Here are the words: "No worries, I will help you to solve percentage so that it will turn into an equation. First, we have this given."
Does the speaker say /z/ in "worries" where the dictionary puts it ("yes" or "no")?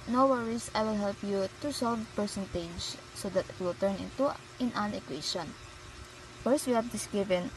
no